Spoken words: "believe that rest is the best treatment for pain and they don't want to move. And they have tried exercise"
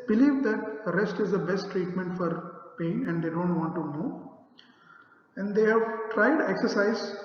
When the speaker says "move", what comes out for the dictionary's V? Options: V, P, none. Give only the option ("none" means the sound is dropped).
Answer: none